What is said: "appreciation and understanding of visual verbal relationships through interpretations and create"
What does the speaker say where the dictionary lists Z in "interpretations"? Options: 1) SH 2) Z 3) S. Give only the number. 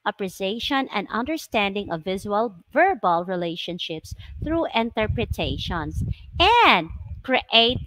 3